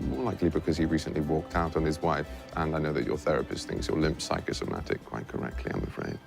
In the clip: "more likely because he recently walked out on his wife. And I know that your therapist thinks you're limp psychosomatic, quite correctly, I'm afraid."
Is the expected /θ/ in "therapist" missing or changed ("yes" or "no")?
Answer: no